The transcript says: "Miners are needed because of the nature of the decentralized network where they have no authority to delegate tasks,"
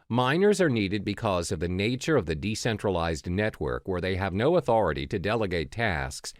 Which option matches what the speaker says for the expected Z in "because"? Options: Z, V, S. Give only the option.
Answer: Z